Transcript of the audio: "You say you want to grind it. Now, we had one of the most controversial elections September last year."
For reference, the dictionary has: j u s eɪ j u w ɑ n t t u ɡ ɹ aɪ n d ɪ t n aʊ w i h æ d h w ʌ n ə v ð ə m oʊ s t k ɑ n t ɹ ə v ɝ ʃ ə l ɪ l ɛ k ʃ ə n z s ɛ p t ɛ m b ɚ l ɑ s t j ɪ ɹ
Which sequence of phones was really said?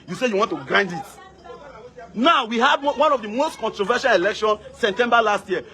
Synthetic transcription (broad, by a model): j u s eɪ j u w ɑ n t t u ɡ ɹ aɪ n d ɪ t n aʊ w i h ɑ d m w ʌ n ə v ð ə m oʊ s t k ɑ n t ɹ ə v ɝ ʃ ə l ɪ l ɛ k ʃ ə n s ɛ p t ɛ m b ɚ l ɑ s t j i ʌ